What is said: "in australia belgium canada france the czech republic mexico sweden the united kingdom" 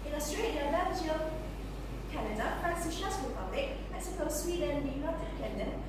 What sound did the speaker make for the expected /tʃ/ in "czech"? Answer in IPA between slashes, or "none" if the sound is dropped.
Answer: /ʃ/